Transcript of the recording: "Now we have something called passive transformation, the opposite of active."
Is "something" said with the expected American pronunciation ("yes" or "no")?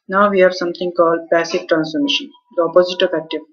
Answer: no